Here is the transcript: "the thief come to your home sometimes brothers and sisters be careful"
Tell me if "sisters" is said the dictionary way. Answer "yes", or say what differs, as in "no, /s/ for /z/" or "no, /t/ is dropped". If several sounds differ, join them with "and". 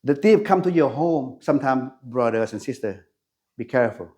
no, /z/ is dropped